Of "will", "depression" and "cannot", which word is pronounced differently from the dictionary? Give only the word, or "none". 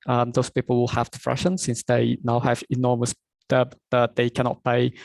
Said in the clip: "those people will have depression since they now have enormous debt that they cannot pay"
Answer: depression